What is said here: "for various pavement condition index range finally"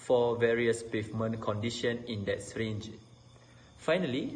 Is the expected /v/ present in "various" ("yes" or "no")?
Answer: yes